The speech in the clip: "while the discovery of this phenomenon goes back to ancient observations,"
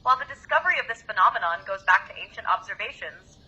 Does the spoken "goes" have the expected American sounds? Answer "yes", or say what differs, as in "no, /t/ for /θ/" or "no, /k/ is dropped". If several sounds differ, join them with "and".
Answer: yes